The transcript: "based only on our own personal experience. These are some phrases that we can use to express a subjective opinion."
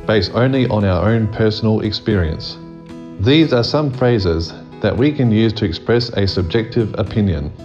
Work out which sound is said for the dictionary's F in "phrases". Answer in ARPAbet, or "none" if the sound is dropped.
F